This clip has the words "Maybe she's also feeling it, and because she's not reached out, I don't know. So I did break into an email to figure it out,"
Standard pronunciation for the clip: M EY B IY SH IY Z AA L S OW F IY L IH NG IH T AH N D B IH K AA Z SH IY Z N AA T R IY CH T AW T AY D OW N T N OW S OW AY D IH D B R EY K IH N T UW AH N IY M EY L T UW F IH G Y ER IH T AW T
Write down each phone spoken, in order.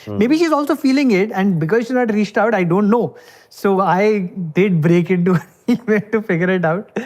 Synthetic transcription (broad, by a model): M EY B IY SH IY Z AA L S OW F IY L IH NG IH T AH N D B IH K AA Z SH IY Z N AA T R IY CH T AW T AY D OW N T N OW S OW AY D IH D B R EY K IH N T UW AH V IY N T UW F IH G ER IH T AW T